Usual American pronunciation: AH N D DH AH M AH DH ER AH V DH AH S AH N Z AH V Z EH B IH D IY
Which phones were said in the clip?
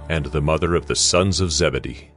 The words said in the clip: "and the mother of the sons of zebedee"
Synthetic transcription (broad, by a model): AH N DH AH M AH DH ER AH V DH AH S AH N Z AH V Z EH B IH D IY